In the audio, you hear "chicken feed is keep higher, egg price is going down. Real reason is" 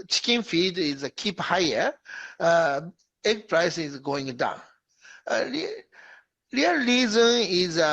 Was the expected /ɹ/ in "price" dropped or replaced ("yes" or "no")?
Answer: no